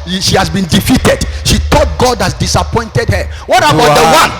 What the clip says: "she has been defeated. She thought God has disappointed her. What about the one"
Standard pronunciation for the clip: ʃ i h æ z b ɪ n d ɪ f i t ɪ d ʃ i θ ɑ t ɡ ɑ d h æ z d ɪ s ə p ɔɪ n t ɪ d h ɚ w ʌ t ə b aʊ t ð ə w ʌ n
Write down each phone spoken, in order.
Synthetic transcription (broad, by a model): ʃ i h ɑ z b ɪ n d ɪ f i t ɪ d ʃ i t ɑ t ɡ ɑ d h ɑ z d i s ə p ɔɪ n t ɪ d h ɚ w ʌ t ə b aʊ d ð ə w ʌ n